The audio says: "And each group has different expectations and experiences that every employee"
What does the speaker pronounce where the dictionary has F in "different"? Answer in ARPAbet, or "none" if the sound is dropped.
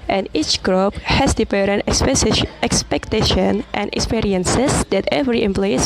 P